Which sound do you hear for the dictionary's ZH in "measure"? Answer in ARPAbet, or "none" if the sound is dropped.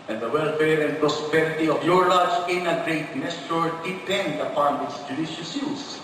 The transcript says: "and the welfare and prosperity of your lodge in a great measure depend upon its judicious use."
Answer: S